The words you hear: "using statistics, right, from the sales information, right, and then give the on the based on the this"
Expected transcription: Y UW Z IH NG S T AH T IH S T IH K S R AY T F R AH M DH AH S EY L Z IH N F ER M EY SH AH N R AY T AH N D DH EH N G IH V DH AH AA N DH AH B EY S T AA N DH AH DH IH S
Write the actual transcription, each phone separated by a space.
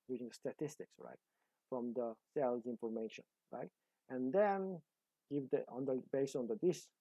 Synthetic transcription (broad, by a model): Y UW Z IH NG S T AH T IH S T IH K S R AY T F R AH M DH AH S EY L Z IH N F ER M EY SH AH N R AY T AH N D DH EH N G IH V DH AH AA N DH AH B EY S AA N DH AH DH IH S